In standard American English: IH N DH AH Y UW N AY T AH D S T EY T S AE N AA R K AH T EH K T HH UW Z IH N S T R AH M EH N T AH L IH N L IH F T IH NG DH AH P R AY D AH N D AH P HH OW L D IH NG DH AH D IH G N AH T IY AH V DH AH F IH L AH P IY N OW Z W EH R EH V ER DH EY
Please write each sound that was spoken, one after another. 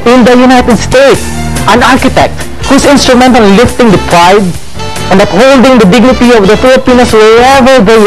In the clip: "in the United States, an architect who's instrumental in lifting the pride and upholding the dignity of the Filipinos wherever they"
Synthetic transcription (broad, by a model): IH N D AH Y UW N AY T AH D S T EY T S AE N AA R K AH T EH K T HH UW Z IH N S T R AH M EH N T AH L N L IH F T IH NG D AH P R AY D AH N D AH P HH OW L D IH NG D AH D IH G N AH T IY AH V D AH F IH L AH P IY N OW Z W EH EH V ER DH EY